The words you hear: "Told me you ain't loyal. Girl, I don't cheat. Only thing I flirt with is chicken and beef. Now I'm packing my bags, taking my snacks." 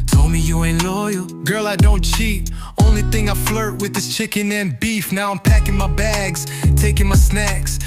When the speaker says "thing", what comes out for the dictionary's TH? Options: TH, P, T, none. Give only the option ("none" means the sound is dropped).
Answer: TH